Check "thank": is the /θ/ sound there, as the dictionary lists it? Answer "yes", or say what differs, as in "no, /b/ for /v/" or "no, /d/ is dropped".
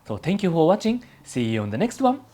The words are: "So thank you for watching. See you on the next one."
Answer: no, /t/ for /θ/